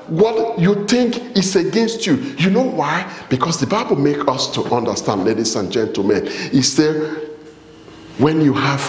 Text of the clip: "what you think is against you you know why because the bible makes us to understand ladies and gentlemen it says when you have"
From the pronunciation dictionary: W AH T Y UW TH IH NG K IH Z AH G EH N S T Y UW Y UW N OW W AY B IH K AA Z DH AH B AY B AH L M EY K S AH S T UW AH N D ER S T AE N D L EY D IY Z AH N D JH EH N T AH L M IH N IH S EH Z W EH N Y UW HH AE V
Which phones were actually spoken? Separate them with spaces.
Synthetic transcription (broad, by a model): W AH T Y UW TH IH NG K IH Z AH G EH N S T Y UW Y UW N OW W AY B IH K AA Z DH AH B AY B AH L M EY K AH S T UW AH N D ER S T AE N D L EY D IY S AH N JH EH N T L M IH N IH S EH W EH N Y UW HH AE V